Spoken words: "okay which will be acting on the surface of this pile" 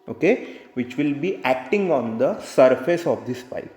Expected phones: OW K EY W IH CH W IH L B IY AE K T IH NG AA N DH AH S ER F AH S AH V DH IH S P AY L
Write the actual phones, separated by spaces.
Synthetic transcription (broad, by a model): OW K EY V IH CH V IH L B IY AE K T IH NG AA N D AH S ER F AH S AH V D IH S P AY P